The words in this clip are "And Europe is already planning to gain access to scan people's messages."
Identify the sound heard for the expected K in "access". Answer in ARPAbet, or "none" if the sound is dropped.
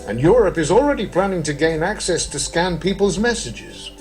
K